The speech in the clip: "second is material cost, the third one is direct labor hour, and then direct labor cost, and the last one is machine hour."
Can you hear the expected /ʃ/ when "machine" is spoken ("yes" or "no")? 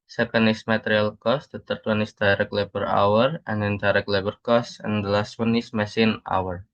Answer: no